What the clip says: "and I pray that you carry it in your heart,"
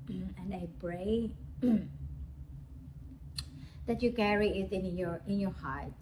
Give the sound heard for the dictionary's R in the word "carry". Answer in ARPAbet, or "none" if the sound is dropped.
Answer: R